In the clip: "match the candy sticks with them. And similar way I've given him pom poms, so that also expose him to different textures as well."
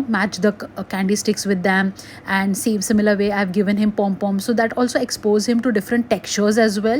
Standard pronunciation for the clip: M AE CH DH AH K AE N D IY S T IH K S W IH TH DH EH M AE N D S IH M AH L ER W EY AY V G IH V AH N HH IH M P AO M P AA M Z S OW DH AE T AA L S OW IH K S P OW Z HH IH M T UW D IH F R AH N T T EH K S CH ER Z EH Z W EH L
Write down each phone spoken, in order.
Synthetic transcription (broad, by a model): M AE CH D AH K AE N D IY S T IH K S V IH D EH M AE N D S IH M AH L ER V EY AY V G IH V AH N HH IH M P AO M P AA M S OW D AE T AA L S OW IH K S P OW Z HH IH M T UW D IH F R AH N T T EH K CH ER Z EH Z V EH L